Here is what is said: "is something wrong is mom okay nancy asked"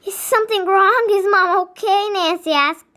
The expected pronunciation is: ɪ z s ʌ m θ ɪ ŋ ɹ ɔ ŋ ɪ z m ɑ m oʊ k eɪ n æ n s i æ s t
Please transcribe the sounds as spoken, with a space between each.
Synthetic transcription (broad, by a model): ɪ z s ʌ m θ ɪ ŋ ɹ ɔ ŋ ɪ z m ɑ m oʊ k eɪ n æ n s i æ s